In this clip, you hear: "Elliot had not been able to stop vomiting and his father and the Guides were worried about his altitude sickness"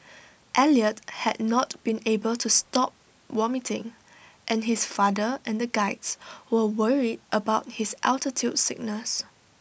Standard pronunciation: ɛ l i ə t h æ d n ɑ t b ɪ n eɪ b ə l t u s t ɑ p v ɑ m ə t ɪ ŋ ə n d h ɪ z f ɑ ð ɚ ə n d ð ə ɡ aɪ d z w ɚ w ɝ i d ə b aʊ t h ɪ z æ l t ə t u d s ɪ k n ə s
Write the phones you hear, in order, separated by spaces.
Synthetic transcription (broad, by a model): ɛ l i ə t h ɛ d n ɑ t b ɪ n eɪ b ə l t u s t ɑ p w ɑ m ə t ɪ ŋ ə n h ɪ s f ɑ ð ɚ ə n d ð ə ɡ aɪ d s w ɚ w ɝ i d ə b aʊ t h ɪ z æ l t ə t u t s ɪ k n ə s